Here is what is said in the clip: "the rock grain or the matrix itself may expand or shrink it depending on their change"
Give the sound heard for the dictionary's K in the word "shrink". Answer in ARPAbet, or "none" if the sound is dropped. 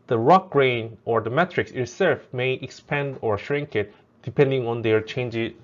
K